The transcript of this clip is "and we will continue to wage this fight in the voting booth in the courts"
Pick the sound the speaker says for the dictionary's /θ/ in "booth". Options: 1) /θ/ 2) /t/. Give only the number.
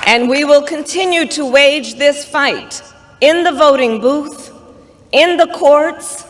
1